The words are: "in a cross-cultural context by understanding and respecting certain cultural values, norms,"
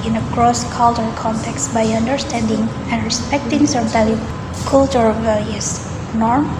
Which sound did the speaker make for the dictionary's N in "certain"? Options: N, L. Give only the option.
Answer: L